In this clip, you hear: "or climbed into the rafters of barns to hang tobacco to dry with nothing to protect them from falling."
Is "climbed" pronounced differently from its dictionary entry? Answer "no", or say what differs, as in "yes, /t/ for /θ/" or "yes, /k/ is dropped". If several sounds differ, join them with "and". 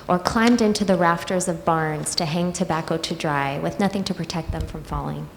no